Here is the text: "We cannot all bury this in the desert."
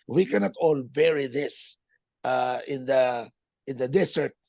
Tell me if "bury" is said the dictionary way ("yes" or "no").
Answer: yes